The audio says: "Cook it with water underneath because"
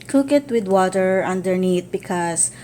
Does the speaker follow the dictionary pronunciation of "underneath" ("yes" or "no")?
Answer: no